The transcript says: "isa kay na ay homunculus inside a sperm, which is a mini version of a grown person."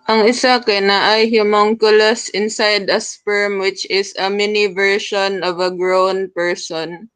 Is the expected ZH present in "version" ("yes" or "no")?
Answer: no